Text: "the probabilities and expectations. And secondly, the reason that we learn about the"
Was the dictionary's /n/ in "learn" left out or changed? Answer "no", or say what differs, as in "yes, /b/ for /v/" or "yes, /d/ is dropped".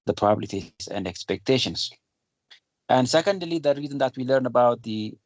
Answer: no